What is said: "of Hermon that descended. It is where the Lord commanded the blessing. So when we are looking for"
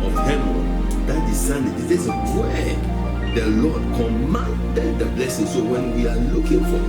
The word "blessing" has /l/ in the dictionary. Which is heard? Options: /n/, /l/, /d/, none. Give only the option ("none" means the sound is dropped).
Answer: /l/